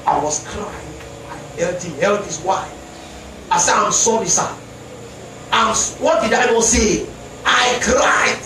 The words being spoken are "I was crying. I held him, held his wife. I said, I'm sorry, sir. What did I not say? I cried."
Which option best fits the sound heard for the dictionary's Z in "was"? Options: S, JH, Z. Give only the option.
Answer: S